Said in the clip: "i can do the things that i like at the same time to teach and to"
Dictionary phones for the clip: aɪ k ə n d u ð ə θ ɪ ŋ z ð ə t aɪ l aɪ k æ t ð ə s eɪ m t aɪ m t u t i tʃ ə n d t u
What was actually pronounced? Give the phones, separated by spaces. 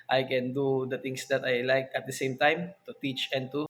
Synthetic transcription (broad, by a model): aɪ k ə n d u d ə t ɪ ŋ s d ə t aɪ l aɪ k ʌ t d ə s eɪ m t aɪ m t u t i tʃ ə n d t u